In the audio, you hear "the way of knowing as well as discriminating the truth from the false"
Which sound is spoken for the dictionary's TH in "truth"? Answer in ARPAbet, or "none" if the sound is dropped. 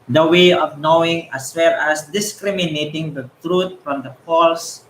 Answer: T